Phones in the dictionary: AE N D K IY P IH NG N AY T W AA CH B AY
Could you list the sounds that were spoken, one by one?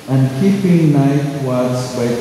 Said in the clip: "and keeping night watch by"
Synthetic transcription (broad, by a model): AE N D K IY P IH NG N AY T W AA S B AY